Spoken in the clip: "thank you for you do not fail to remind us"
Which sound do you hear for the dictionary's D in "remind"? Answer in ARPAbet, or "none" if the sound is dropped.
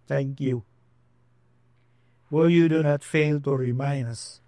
none